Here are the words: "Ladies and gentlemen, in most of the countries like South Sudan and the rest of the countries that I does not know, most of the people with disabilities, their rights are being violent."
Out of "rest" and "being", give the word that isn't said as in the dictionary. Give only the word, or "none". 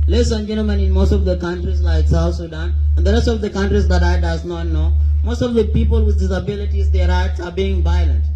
none